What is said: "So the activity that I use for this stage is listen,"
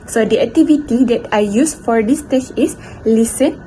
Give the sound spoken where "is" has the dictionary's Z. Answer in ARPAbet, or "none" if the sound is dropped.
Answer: S